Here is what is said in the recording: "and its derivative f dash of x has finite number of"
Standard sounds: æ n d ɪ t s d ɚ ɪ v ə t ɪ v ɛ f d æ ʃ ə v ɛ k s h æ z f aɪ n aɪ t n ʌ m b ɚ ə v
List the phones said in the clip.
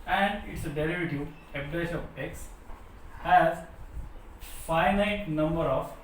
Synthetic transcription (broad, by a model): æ n d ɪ t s d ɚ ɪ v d t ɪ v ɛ p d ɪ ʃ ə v ɛ k s h æ z f aɪ n aɪ t n ʌ m b ɚ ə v